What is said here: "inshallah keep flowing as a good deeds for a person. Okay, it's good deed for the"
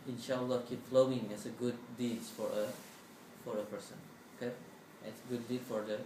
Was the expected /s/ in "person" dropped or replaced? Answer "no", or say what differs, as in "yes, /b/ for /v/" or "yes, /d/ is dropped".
no